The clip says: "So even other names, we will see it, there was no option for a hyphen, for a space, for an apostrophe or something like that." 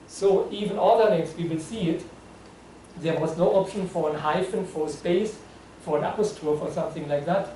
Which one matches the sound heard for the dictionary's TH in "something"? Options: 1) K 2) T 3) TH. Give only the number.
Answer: 3